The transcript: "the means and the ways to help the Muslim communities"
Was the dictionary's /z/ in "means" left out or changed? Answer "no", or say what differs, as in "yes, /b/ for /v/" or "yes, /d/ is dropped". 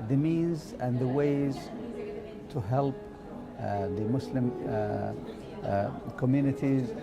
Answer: no